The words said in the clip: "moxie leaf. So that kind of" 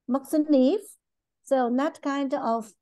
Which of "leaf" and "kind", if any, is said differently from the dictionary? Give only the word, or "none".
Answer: leaf